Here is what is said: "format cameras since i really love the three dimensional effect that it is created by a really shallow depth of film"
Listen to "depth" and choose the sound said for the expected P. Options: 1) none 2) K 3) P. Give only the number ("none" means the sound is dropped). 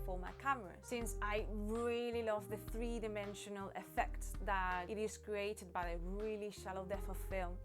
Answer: 1